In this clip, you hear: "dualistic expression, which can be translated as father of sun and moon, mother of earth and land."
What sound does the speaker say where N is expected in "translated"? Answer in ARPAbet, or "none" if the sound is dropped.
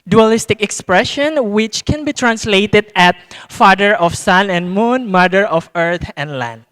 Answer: N